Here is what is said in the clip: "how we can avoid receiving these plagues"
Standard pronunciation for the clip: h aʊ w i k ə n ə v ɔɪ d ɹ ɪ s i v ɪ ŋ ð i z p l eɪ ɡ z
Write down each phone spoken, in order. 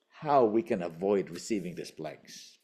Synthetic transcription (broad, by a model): h aʊ w i k ə n ə v ɔɪ d ɹ ɪ s i v ɪ ŋ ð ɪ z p l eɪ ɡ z